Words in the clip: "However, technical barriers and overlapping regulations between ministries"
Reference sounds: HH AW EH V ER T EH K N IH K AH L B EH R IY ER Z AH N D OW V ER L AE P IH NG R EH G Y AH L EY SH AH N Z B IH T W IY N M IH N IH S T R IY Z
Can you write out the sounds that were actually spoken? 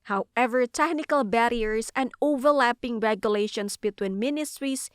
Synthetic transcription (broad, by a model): HH AW EH V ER T EH K N IH K AH L B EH R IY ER S AH N D OW V ER L AE P IH NG R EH G Y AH L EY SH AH N S B IH T W IY N M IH N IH S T R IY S